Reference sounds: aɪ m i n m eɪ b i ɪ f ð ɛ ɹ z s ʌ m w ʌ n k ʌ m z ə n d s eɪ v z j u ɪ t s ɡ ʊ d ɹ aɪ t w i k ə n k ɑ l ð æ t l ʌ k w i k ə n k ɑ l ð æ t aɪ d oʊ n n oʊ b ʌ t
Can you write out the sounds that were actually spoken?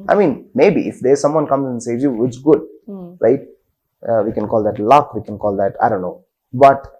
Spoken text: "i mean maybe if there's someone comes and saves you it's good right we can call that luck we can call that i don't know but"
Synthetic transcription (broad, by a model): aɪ m i n m eɪ b i ɪ f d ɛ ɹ s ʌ m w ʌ n k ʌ m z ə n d s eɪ z j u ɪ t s ɡ ʊ d ɹ aɪ t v i k ə n k ɑ l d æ t l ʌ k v i k ə n k ɑ l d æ t aɪ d oʊ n n oʊ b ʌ t